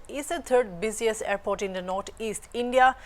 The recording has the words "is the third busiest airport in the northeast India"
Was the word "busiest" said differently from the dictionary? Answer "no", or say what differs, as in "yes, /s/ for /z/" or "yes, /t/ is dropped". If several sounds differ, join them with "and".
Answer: yes, /t/ is dropped